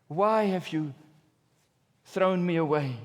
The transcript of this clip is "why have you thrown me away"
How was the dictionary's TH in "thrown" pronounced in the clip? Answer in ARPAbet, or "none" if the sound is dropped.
TH